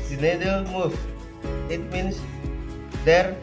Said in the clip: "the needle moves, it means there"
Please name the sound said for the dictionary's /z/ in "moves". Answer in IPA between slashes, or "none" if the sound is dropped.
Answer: none